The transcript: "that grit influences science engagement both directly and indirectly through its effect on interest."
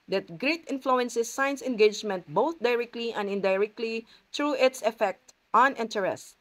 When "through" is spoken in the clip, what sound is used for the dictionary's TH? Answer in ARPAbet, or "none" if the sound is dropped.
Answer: T